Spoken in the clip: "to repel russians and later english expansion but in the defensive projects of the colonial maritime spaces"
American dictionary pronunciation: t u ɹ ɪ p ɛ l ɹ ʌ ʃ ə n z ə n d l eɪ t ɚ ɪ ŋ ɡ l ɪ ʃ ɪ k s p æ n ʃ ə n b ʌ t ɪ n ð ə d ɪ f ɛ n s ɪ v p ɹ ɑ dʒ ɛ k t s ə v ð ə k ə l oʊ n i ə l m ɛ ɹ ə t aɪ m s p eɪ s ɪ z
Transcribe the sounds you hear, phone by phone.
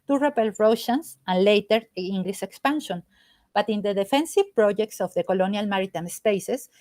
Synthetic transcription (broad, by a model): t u ɹ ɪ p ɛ l ɹ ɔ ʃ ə n s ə n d l eɪ t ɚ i ŋ ɡ l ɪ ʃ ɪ k s p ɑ n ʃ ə n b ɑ t ɪ n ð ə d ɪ f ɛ n s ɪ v p ɹ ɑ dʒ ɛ k t s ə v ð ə k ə l oʊ n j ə l m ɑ ɹ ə t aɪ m s p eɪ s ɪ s